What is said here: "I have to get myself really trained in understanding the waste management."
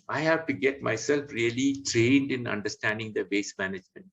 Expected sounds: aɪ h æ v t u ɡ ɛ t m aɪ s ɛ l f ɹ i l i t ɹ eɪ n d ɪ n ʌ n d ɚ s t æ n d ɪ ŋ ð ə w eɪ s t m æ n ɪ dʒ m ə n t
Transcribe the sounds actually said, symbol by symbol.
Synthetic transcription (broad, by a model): aɪ h æ v t u ɡ ɛ t m aɪ s ɛ l f ɹ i l i t ɹ eɪ n d ɪ n ʌ n d ɚ s t æ n d ɪ ŋ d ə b eɪ s m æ n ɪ dʒ m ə n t